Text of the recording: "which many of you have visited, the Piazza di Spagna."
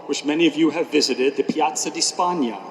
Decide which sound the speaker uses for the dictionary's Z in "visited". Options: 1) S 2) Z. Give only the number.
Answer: 2